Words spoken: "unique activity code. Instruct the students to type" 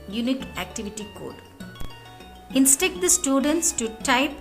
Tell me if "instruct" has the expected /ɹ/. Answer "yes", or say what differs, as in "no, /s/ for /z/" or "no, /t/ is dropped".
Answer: no, /ɹ/ is dropped